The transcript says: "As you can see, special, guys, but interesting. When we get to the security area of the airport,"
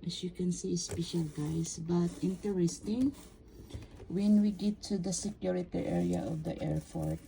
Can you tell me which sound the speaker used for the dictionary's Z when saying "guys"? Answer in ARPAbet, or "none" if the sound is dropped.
S